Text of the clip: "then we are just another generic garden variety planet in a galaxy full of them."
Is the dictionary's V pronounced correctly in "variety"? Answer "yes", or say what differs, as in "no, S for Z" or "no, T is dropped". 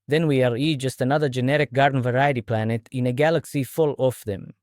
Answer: yes